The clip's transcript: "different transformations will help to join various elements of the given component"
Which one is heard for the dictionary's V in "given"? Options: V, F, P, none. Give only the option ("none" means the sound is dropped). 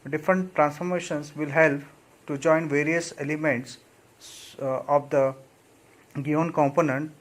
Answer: none